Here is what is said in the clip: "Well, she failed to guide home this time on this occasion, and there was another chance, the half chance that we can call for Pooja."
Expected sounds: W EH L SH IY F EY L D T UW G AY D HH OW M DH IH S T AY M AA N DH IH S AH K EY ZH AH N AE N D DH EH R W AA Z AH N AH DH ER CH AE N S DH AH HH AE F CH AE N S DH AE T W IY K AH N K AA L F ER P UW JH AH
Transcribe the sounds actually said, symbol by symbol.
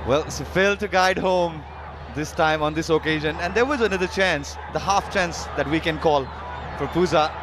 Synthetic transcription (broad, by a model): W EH L S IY F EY L T UW G AY D HH OW M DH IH S T AY M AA N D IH S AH K EY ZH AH N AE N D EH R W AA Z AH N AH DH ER CH AE N S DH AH HH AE F CH AE N S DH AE T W IY K AH N K AA L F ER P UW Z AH